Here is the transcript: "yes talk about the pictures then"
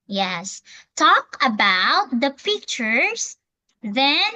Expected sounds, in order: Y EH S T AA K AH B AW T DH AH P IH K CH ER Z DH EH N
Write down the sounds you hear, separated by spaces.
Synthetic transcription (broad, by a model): Y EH S T AA K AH B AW T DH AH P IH K CH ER S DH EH N